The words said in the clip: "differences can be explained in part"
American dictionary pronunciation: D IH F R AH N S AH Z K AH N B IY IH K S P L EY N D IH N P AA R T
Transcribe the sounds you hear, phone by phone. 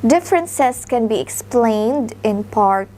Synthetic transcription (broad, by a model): D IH F R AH N S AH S K AH N B IY IH K S P L EY N D IH N P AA R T